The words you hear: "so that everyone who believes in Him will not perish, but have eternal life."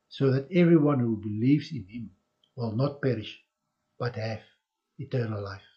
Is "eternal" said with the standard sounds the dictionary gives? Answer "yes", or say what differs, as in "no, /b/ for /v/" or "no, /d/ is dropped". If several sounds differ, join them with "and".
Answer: yes